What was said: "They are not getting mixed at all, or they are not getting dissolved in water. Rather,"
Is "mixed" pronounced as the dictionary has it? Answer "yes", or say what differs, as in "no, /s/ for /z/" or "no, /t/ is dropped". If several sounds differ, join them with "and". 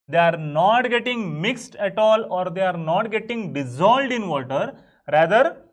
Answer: yes